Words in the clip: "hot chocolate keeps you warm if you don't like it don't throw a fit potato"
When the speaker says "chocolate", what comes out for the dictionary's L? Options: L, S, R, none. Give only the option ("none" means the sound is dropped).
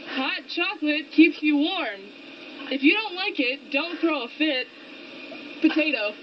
L